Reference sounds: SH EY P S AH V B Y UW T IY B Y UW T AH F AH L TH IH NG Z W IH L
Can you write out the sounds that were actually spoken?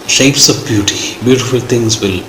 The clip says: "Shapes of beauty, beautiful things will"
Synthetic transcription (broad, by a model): SH EY P S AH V B Y UW T IY B Y UW T AH F AH L T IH NG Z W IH L